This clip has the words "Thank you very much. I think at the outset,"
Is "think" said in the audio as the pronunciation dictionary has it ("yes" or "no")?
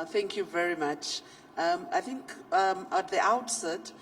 yes